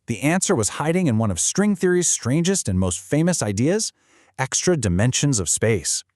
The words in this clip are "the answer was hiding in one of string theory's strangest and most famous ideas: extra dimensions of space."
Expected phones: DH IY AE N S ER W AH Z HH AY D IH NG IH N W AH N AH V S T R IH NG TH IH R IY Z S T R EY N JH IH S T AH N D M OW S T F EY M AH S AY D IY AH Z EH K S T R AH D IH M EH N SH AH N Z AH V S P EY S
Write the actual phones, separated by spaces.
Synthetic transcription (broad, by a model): DH IY AE N S ER W AH Z HH AY D IH NG IH N W AH N AH V S T R IH NG TH IH R IY Z S T R EY N JH IH S T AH N M OW S T F EY M AH S AY D IY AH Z EH K S T R AH D IH M EH N SH AH N Z AH V S P EY S